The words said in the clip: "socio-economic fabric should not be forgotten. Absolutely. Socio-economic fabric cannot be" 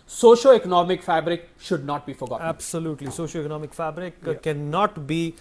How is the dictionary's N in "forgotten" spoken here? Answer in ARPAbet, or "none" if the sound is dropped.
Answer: none